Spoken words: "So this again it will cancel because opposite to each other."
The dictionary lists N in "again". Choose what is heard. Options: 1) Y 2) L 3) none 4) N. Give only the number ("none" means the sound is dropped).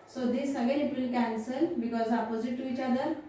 2